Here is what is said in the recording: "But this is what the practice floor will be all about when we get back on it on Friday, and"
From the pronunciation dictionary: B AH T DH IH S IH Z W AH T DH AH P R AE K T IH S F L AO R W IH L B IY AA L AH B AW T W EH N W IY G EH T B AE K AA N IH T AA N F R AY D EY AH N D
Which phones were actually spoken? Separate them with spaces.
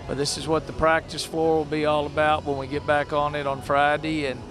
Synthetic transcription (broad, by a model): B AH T DH IH S IH Z W AH T DH AH P R AE K T IH S F AO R W IH L B IY AA L AH B AW T W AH N W IY G EH T B AE K N IH T N F R AY D EY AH N